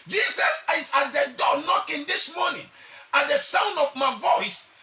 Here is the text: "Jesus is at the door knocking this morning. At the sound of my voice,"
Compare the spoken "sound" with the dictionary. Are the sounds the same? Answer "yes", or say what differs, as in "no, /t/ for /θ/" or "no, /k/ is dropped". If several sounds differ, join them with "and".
yes